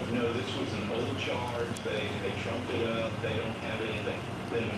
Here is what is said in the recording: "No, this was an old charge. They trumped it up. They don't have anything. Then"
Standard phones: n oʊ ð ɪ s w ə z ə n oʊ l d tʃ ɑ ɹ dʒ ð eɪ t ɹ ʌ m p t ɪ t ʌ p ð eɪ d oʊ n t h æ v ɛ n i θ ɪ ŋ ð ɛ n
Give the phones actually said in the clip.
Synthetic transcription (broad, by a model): n oʊ ð ɪ s w ə z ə n oʊ l d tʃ ɑ ɹ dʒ ð eɪ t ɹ ʌ m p ɪ t ʌ p ð eɪ d oʊ n t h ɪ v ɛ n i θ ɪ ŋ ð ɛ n